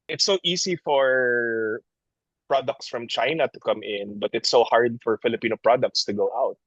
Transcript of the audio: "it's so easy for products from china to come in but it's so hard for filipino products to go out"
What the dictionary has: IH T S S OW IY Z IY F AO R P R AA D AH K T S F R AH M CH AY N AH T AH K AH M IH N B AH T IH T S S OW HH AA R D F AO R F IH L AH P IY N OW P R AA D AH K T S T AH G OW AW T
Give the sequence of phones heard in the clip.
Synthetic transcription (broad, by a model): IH T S S OW IY S IY F AO R P R AA D AH K T S F R AH M CH AY N AH T AH K AH M IH N B AH T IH T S S OW HH AA R D F AO R F IH L AH P IY N OW P R AA D AH K T S T AH G OW AW T